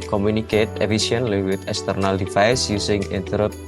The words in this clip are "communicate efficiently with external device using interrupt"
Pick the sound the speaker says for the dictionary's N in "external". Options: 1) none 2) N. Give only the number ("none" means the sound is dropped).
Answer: 2